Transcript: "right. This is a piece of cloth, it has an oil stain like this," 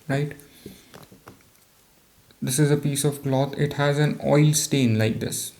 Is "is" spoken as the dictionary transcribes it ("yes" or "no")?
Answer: yes